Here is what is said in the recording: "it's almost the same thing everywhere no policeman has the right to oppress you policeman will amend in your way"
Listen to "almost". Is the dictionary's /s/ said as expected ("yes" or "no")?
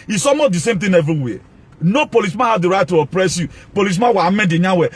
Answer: no